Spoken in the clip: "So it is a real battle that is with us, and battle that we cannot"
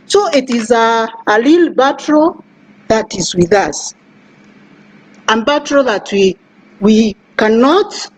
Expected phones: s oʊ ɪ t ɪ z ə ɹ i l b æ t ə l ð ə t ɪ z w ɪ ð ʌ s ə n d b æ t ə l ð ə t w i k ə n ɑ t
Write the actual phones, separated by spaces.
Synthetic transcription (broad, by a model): s oʊ ɪ t ɪ z ə l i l b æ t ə ð ə t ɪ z w ɪ ð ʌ s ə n b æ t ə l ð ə t w i k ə n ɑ t